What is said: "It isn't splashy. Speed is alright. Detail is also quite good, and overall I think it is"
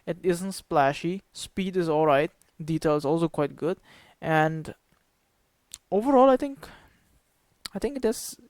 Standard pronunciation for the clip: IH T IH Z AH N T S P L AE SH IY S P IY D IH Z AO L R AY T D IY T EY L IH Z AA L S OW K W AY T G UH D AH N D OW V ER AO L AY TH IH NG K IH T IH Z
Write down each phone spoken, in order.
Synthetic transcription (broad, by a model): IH T IH Z AH N T S P L AE SH IY S P IY D IH Z AO L R AY T D IY T EY L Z AA L S OW K W AY T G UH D AH N D OW V ER AO L AY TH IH NG K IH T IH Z